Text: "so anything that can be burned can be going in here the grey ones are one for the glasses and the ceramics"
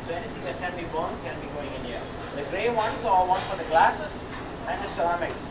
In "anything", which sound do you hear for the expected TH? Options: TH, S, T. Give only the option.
T